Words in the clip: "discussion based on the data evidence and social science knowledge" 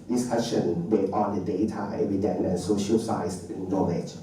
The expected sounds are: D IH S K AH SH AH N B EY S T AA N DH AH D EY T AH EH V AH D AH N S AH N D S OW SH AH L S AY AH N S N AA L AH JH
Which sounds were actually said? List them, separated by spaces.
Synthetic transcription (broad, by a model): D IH S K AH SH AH N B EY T AA N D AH D EY T AH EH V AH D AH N AH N S OW SH AH L S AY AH S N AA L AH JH